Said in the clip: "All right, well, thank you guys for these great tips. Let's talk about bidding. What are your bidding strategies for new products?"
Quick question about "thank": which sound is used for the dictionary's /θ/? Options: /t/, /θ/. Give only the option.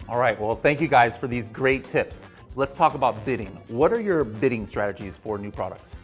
/θ/